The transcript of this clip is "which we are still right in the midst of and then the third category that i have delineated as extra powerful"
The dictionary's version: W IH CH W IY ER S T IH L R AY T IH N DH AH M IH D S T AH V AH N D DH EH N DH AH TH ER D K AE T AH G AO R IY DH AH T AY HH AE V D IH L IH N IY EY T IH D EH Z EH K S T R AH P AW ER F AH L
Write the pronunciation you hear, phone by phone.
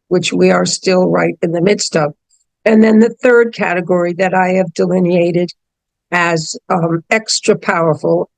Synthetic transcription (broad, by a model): W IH CH W IY ER S T IH L R AY T IH N DH AH M IH D S T AH V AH N DH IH N DH AH TH ER D K AE T AH G AO R IY DH AH T AY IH V D IH L IH N IY EY T IH D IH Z EH K S T R AH P AW ER F L